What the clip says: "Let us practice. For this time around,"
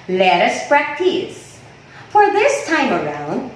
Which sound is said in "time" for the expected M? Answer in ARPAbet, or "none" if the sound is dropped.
M